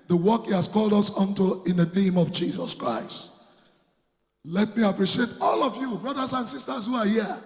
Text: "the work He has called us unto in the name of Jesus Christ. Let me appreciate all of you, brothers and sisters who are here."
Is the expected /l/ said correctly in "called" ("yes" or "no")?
yes